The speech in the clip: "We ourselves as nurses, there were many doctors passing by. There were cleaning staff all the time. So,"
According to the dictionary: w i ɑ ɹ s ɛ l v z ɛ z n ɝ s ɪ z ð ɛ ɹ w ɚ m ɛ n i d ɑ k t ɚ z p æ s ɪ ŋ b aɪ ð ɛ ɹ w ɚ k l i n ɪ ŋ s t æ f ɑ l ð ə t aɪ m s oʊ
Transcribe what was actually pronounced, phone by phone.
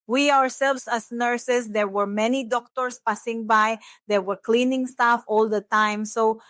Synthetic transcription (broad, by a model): w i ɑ ɹ s ɛ l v s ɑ s n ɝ s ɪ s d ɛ ɹ w ɚ m ɛ n i d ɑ k t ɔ s p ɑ s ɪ ŋ b aɪ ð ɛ ɹ w ɚ k l i n ɪ ŋ s t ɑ f ɑ l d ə t aɪ m s oʊ